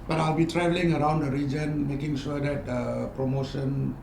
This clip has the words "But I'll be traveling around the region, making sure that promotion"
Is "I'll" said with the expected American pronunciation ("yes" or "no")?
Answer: yes